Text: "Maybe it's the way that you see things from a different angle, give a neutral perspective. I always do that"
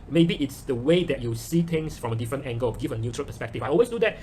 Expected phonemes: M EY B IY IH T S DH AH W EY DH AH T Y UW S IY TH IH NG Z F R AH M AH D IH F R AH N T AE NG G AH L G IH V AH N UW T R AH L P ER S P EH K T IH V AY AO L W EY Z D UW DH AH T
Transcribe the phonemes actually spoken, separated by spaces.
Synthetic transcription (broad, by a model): M EY B IY IH T S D AH W EY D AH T Y UW S IY T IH NG S F R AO M AH D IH F R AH N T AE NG G AH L G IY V AH N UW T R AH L P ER S P EH K T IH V AY AO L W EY S D UW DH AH T